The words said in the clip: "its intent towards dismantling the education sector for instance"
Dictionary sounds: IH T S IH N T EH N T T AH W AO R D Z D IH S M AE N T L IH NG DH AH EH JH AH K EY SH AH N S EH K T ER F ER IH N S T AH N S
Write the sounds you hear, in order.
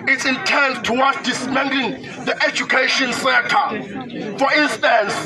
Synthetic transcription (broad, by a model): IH T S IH N T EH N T T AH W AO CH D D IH S M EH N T IH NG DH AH EH JH AH K EY SH AH N S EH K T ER F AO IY N S T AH N S